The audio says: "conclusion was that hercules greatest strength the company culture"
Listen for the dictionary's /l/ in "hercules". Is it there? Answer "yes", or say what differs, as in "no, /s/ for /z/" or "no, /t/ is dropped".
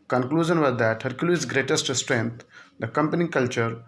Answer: no, /l/ is dropped